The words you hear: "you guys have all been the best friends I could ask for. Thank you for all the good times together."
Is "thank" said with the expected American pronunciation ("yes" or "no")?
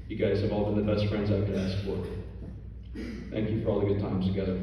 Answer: yes